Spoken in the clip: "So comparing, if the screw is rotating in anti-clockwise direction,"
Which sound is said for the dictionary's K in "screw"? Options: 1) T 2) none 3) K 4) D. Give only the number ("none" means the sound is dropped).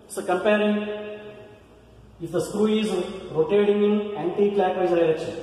3